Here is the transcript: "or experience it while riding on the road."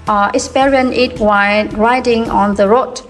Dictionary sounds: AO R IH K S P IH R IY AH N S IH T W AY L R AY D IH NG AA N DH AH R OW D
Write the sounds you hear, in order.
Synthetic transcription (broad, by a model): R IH S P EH R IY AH N IH T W AY R AY D IH NG AA N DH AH R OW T